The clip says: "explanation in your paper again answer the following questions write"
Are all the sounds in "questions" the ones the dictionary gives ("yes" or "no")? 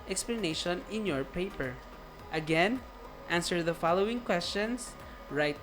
no